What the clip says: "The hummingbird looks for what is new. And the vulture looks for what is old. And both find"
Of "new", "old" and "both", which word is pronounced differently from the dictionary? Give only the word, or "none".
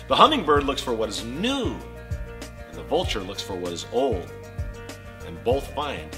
none